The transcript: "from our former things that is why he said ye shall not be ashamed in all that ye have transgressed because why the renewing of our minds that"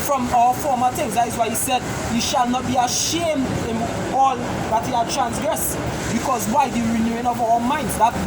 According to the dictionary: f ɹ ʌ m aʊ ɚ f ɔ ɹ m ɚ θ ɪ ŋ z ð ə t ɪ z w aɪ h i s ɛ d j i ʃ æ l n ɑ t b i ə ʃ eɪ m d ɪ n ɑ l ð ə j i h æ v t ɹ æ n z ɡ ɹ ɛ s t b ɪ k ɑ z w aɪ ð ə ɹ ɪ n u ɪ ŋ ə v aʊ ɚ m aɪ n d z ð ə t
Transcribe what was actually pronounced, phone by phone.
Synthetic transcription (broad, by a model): f ɹ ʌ m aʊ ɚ f ɔ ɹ m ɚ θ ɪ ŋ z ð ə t ɪ z w aɪ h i s ɛ d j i ʃ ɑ l n ɑ t b i ə ʃ eɪ m d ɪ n ɑ l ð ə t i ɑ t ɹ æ n s ɡ ɹ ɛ s b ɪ k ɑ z w aɪ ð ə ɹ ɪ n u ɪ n ə v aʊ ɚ m aɪ n d z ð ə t